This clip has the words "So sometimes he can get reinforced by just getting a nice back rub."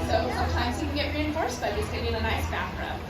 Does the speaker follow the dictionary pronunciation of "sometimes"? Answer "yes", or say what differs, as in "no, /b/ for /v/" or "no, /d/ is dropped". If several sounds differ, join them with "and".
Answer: yes